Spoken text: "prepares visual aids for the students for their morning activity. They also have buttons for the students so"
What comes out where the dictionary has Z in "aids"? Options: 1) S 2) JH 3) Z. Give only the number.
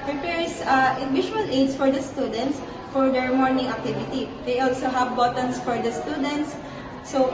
1